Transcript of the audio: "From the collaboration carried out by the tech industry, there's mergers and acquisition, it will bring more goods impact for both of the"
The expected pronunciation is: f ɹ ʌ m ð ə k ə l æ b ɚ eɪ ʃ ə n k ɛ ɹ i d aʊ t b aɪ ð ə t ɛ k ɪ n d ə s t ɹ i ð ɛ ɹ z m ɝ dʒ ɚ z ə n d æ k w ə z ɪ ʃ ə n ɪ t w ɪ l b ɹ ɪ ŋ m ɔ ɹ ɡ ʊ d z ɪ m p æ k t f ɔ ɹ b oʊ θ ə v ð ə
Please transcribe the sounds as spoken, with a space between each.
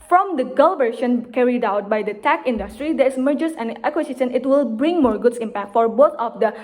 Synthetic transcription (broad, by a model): f ɹ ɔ m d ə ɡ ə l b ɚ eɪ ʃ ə n k ɛ ɹ i d aʊ t b aɪ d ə t ɛ k ɪ n d ə s t ɹ i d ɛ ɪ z m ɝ dʒ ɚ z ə n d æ k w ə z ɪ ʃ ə n ɪ t w ɪ l b ɹ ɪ ŋ m ɔ ɹ ɡ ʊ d s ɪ m p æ k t f ɔ ɹ b oʊ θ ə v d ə